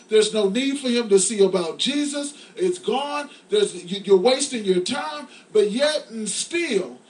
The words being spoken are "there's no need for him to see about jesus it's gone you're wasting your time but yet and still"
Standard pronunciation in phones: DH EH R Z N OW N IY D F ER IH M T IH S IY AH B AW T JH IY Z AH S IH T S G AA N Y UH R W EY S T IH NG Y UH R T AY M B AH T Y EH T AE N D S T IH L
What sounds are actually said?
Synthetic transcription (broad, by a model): DH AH R Z N OW N IY D F ER IH M T IH S IY AH B AW T JH IY Z AH S IH T S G AA N Y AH R W EY S T IH NG Y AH R T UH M B AH T Y EH T N S T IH L